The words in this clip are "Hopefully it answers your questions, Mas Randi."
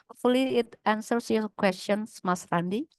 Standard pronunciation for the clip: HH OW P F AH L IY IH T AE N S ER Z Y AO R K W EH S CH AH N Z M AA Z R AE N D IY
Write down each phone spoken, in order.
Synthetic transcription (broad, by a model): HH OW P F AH L IY IH T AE N S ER S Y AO K W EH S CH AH N S M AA S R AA N D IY